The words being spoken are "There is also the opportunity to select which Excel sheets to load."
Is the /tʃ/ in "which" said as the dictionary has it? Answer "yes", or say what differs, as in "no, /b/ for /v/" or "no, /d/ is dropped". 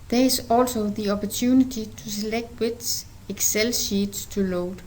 no, /s/ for /tʃ/